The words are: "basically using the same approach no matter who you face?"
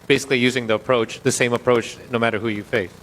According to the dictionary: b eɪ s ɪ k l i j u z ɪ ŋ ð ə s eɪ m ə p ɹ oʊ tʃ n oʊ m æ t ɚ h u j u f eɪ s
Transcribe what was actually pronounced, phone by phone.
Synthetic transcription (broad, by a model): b eɪ s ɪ k l i j u z ɪ ŋ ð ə s eɪ m ə p ɹ oʊ tʃ n oʊ m æ t ɚ h u j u f eɪ s